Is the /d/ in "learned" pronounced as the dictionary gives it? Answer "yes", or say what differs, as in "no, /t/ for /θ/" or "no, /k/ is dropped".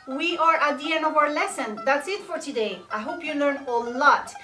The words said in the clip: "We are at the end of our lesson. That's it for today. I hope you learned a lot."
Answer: no, /d/ is dropped